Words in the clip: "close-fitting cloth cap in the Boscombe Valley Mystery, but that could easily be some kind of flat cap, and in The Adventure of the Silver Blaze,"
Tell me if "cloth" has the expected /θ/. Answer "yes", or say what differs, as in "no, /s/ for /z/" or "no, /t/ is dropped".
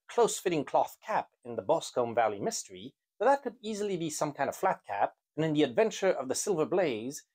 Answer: yes